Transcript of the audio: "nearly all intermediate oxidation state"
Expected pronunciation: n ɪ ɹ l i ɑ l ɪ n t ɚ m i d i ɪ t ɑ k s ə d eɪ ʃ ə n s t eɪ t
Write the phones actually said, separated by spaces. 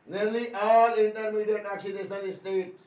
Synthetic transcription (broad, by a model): n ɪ ɹ l i ɑ l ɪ n t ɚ m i d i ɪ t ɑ k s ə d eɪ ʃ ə l s t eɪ t